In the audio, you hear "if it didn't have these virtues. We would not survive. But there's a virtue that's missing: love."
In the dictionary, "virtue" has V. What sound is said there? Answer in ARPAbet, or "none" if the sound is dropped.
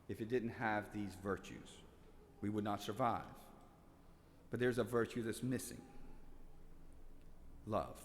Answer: V